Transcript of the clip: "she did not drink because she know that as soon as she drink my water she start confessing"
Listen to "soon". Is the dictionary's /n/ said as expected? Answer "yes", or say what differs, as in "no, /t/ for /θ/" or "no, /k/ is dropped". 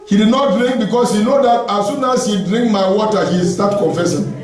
yes